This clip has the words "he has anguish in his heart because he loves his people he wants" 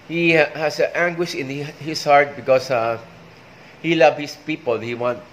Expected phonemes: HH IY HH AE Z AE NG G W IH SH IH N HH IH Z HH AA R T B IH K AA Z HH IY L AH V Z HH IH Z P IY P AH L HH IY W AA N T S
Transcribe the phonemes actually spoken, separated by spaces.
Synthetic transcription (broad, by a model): HH IY HH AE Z AE NG G W IH SH IH N HH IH S HH AA R T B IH K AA S HH IY L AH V HH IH S P IY P AH L HH IY W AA N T